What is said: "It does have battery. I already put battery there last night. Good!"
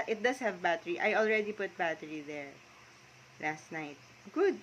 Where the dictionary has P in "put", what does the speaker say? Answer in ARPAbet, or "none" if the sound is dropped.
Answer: P